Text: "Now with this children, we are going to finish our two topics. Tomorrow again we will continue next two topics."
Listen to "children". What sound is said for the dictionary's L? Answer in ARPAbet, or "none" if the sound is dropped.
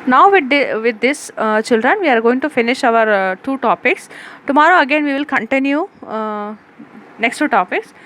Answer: L